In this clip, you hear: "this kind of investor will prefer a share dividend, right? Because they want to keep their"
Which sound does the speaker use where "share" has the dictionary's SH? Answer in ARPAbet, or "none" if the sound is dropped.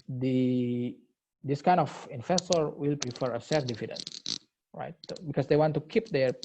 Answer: S